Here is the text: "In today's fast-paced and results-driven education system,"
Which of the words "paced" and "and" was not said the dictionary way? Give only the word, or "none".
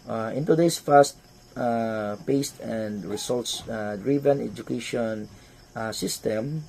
none